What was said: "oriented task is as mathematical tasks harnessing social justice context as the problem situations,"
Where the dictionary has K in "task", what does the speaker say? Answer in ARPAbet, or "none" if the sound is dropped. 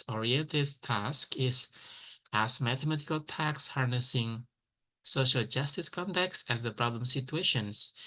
K